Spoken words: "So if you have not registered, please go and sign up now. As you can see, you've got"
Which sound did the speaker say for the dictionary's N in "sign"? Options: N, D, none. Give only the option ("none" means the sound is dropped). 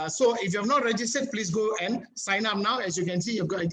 N